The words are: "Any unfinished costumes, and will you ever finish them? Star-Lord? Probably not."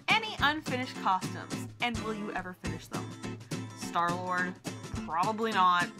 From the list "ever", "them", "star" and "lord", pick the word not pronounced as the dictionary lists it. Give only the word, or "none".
none